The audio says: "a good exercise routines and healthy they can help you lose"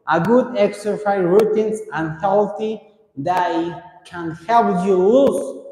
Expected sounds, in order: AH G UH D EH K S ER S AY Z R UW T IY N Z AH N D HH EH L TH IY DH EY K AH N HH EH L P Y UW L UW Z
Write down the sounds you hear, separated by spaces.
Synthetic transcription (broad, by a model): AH G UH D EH K S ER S AY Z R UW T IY N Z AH N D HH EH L T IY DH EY K AH N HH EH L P Y UW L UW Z